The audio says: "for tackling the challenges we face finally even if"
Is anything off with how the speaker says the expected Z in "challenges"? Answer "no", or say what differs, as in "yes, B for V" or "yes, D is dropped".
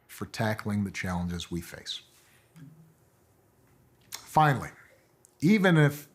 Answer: no